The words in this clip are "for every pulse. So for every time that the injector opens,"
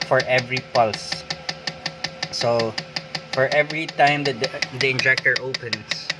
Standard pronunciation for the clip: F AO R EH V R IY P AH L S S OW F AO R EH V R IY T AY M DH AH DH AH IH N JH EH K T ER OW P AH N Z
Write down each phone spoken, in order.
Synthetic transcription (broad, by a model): F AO R EH V R IY P AH L S S OW F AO R EH V R IY T AY M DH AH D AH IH N JH EH K T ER OW P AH N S